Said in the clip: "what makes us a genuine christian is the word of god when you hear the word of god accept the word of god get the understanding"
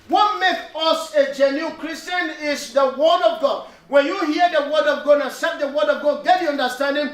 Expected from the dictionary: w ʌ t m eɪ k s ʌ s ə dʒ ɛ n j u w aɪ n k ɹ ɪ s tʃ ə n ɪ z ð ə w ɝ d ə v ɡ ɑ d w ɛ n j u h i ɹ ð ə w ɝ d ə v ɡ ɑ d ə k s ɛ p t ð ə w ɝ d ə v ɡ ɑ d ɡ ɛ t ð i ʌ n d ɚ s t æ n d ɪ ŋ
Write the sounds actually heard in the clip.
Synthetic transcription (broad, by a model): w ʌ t m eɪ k ʌ s ə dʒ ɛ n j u k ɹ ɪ s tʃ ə n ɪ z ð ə w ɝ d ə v ɡ ɑ d w ɛ n j u h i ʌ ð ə w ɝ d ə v ɡ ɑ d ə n s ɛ t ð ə w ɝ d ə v ɡ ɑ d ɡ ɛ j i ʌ n d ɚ s t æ n d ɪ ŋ